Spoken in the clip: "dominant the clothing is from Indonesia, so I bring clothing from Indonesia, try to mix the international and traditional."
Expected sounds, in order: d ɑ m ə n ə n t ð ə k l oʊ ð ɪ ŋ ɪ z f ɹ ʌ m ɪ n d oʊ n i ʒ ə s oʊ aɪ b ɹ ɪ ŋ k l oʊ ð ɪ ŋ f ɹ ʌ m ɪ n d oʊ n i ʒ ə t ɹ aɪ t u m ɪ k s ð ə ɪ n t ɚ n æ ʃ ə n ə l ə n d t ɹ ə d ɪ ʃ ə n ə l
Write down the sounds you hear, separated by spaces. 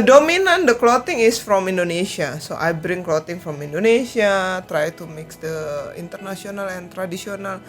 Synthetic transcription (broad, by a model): d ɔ m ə n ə n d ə k l oʊ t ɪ ŋ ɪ s f ɹ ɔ m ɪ n d oʊ n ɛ s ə s oʊ aɪ b ɹ ɪ ŋ k l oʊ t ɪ ŋ f ɹ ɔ m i n d oʊ n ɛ s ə t ɹ aɪ t u m ɪ k s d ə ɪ n t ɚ n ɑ s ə n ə l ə n t ɹ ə d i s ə n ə l